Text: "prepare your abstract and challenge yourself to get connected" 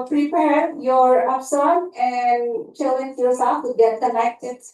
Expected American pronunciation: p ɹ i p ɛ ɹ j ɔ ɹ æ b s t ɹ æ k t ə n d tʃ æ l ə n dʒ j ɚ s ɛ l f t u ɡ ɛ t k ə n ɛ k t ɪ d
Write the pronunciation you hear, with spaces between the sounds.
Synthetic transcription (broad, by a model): p ɹ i p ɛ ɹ j ɔ ɹ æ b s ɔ t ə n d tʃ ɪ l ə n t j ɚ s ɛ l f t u ɡ ɛ t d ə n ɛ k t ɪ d